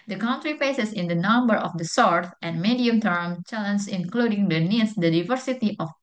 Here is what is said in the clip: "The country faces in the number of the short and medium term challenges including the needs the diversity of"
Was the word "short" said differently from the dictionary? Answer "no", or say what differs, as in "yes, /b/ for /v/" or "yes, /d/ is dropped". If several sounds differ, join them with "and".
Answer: yes, /s/ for /ʃ/